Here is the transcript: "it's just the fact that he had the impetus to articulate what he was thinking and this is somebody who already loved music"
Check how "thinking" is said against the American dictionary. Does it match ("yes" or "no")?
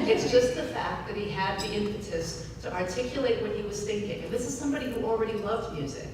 yes